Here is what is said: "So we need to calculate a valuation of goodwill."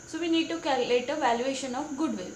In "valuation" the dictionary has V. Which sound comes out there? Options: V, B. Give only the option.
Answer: V